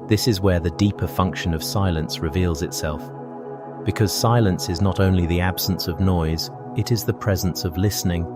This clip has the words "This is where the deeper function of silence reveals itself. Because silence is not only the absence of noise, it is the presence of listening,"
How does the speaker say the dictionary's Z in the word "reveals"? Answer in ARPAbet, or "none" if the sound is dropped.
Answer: Z